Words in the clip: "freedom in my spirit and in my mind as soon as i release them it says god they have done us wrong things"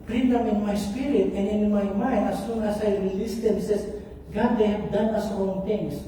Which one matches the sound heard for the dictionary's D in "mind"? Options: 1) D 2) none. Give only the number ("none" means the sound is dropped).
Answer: 2